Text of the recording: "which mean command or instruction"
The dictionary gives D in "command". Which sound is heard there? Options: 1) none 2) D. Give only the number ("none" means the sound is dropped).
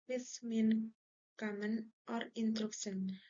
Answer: 1